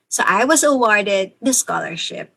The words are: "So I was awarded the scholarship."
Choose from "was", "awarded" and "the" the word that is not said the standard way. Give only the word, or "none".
none